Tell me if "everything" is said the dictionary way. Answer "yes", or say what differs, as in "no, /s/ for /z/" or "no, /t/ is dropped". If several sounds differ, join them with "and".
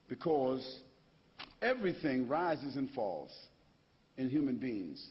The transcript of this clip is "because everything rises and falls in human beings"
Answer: yes